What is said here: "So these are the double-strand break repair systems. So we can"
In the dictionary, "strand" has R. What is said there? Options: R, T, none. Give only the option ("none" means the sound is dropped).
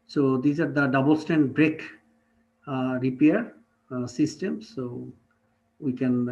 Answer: none